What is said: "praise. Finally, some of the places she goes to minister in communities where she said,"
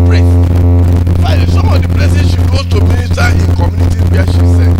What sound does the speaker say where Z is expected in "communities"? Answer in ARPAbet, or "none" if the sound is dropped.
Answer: none